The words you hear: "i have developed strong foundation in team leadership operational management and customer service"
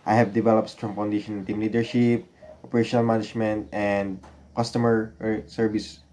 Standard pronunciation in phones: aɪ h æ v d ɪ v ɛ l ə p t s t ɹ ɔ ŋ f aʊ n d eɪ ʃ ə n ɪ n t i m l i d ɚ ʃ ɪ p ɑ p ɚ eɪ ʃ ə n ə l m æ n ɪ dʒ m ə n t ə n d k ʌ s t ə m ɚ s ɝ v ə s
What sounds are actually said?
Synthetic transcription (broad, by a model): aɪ h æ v d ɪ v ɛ l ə p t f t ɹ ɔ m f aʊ n d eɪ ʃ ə n ɪ n t i m l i d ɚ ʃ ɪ p ɑ p ɚ eɪ ʃ ə n ə l m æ n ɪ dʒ m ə n t ə n d k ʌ s t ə m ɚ s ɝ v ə s